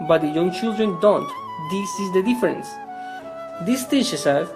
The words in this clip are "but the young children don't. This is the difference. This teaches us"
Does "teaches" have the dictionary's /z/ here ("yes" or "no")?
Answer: no